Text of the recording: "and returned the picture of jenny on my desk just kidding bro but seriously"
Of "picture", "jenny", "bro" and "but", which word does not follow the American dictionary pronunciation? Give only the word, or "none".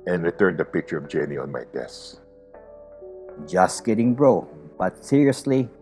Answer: none